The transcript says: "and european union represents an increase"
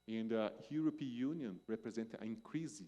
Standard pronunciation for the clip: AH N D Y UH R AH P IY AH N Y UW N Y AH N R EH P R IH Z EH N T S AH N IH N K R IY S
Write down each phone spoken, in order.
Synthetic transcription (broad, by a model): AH N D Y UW R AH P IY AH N Y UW N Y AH N R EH P R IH Z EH N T AH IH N K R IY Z